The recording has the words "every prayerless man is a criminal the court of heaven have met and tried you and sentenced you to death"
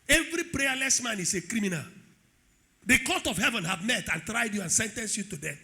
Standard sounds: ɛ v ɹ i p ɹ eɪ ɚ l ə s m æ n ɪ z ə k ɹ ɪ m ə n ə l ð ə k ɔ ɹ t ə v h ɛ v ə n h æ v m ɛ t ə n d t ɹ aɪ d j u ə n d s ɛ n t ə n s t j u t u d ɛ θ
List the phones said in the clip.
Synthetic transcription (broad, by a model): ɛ v ɹ i p ɹ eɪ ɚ l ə s m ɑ n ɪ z ə k ɹ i m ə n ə l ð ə k ɔ t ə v h ɛ v ə n h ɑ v m ɛ t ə n t ɹ aɪ d j u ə n s ɛ n t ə n s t j u t u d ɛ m